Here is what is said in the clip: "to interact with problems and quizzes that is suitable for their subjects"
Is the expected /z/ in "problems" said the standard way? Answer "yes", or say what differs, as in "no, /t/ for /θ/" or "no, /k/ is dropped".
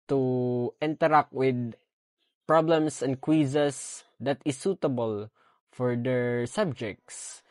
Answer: no, /s/ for /z/